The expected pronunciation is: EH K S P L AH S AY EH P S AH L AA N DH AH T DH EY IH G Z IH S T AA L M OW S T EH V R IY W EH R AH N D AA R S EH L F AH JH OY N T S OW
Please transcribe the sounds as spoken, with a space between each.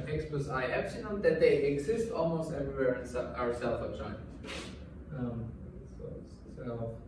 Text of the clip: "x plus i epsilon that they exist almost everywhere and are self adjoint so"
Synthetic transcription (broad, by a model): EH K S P AH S AY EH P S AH N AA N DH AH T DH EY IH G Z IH S T AA L M OW S T EH V R IY W EH R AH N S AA R S EH L F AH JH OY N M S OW